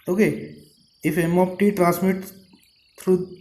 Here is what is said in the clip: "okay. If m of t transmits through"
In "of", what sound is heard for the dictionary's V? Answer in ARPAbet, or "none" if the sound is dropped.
P